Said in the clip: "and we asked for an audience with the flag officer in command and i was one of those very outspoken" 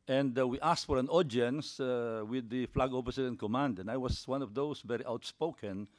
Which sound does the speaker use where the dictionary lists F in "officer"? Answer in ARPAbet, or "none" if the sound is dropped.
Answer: P